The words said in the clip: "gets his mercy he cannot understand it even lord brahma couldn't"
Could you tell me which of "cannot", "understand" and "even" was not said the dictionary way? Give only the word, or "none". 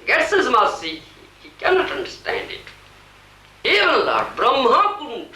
even